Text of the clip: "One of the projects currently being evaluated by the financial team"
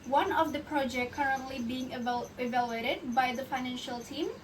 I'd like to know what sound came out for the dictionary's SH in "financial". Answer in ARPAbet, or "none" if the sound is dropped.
SH